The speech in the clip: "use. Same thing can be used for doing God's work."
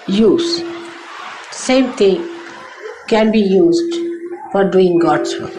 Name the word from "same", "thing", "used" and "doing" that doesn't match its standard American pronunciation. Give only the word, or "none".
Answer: thing